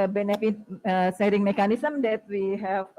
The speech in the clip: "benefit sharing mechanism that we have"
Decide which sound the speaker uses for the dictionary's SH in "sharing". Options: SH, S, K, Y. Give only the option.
S